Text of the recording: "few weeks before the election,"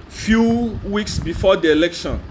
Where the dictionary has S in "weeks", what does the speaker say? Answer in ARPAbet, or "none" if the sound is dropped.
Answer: S